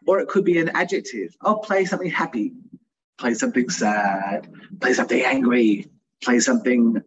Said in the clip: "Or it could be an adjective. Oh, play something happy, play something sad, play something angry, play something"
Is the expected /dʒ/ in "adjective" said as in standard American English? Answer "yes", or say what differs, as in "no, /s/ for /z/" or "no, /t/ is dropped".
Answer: yes